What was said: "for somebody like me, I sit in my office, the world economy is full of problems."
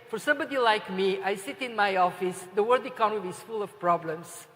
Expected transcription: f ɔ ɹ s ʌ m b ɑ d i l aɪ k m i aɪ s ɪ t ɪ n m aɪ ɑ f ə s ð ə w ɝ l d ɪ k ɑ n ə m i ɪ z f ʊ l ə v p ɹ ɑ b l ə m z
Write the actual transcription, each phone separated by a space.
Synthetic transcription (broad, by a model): f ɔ ɹ s ʌ m b ɑ d i l aɪ k m i aɪ s ɪ t ɪ n m aɪ ɑ f ə s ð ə w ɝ d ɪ k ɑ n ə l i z f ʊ l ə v p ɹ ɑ b l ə m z